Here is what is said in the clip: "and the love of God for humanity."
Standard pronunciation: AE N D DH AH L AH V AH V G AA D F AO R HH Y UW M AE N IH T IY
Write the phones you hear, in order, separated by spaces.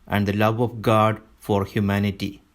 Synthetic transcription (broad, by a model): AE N D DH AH L AH V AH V G AA D F AO R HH Y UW M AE N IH T IY